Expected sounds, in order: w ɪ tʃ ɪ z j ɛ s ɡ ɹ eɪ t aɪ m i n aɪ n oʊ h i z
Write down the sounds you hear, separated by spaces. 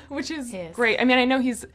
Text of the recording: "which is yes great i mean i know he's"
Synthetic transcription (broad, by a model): w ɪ tʃ ɪ z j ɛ ɡ ɹ eɪ t aɪ m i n aɪ n oʊ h i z